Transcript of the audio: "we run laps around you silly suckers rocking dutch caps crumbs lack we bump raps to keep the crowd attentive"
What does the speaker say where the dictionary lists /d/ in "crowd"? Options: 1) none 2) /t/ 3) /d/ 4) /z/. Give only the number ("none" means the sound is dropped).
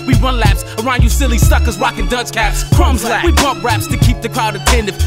3